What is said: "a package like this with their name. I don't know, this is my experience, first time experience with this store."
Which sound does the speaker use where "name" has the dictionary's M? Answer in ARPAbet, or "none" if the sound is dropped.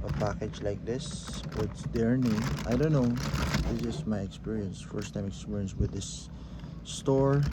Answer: none